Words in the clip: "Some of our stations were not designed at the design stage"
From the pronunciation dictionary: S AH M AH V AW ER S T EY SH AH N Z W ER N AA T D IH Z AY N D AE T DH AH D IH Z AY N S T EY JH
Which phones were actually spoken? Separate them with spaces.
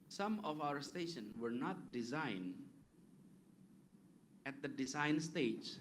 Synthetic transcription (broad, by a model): S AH M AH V AW ER S T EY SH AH N W ER N AA T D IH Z AY N AE T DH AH D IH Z AY N S T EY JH